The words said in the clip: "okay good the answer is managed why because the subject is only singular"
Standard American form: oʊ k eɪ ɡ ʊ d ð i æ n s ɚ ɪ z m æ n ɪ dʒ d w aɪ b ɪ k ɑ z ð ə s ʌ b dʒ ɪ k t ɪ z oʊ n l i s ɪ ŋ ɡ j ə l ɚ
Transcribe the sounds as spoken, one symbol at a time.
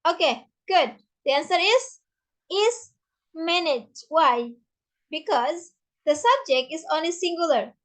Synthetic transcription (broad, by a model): oʊ k eɪ ɡ ʊ d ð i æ n s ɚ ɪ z m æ n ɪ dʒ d w aɪ b ɪ k ɑ z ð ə s ʌ b dʒ ɪ k t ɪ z oʊ n l i s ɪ ŋ ɡ j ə l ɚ